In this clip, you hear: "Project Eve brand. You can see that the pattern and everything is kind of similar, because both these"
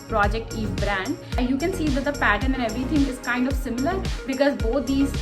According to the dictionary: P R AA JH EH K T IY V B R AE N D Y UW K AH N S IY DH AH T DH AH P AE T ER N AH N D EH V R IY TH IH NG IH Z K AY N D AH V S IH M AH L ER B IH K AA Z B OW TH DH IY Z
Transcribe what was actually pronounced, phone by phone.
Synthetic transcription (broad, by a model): P R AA JH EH K T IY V B R AE N D Y UW K AH N S IY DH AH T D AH P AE T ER N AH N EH V R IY T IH NG IH Z K AY N D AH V S IH M AH L ER B IH K AA Z B OW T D IY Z